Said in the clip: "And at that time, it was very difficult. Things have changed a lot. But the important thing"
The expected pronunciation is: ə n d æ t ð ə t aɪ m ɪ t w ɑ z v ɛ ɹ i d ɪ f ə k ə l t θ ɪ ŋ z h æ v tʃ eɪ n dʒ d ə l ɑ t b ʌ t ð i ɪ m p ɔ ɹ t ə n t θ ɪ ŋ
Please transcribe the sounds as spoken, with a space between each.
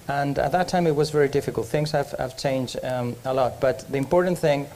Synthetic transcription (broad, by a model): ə n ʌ t ð ə t aɪ m ɪ t w ɑ z v ɛ ɹ i d ɪ f ə k ə l t θ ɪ ŋ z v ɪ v tʃ eɪ n dʒ d ə l ɑ t b ʌ t ð i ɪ m p ɔ ɹ t n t θ ɪ ŋ